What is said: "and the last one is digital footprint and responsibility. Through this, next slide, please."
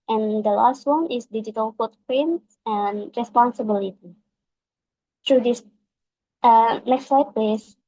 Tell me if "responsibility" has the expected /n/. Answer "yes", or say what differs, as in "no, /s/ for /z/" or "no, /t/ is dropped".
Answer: yes